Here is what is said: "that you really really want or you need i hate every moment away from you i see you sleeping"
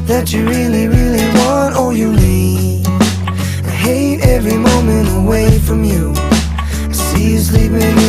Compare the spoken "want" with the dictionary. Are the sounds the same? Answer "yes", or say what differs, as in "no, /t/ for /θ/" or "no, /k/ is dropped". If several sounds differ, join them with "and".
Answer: yes